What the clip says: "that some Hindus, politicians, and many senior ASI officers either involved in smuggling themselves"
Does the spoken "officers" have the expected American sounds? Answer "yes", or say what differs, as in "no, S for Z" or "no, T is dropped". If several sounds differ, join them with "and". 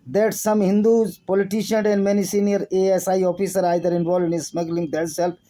no, Z is dropped